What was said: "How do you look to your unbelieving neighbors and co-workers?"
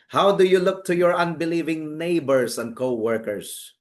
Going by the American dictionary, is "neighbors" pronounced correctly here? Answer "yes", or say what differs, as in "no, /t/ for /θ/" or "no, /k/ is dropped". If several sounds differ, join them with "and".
no, /s/ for /z/